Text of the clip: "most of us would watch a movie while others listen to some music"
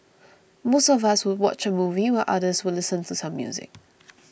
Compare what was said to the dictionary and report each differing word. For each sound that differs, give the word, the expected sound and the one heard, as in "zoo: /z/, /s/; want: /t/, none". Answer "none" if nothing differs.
none